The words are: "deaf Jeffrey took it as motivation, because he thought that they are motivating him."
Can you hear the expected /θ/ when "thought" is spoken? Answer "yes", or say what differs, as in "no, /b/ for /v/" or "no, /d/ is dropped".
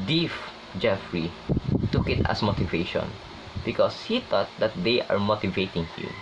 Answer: no, /t/ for /θ/